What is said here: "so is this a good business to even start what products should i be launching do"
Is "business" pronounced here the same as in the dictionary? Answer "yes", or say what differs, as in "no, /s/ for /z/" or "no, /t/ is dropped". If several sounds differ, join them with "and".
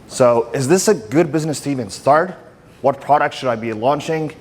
yes